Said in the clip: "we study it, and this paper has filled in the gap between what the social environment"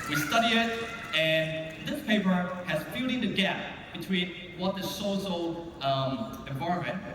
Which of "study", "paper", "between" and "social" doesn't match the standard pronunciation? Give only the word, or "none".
social